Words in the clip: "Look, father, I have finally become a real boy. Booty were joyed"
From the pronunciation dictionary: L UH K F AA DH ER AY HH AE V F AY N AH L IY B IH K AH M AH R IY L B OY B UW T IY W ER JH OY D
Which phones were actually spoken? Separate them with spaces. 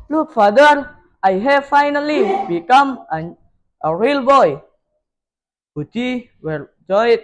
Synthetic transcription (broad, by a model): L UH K F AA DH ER AY HH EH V F AY N AH L IY B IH K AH M AH R IY L B OY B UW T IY W ER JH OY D